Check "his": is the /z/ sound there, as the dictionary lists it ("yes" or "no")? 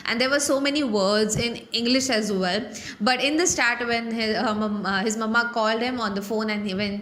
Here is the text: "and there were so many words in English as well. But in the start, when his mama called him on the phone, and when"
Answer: yes